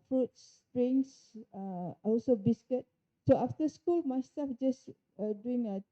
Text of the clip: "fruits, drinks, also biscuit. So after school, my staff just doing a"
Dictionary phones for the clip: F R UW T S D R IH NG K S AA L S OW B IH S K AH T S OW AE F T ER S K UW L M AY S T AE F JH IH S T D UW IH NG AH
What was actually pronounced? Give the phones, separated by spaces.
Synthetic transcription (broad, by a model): F R UW T S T R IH NG S AA L S OW B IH S K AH T S OW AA F T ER S K UW L M AY S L F JH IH S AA D UW IH NG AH